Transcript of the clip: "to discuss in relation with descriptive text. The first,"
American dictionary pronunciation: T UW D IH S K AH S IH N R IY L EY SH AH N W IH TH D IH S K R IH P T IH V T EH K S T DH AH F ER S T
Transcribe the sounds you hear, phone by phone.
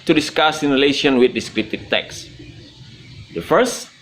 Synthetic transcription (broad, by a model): T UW D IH S K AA S IH N R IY L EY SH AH N W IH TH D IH S K R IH T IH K T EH K S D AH F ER S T